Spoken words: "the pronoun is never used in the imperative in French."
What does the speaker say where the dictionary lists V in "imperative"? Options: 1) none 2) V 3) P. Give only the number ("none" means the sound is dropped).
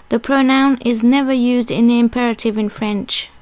2